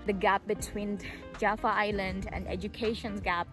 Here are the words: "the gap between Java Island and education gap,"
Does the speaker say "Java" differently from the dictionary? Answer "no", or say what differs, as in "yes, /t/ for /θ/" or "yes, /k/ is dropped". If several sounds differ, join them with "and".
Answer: yes, /f/ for /v/